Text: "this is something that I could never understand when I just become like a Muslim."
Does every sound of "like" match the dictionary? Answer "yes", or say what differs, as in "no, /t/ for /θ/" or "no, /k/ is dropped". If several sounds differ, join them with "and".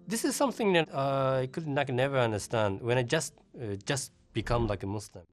yes